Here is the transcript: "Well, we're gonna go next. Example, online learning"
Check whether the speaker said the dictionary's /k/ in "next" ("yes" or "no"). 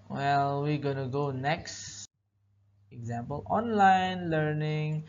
yes